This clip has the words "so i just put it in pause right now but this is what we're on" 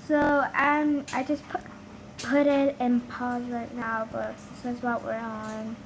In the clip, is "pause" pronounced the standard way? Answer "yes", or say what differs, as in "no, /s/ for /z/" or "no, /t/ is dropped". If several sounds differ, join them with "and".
yes